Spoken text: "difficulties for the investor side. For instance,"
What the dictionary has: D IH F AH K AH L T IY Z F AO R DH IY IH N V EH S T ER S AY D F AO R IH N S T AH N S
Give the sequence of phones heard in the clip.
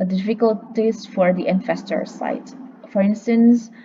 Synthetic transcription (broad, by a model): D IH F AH K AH L T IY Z F AO R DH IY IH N F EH S T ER S AY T F AO R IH N S T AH N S